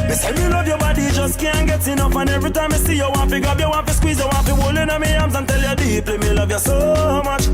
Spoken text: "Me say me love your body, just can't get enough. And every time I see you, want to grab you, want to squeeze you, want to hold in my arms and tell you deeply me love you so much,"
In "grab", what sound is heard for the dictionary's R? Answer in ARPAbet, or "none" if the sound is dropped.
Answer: none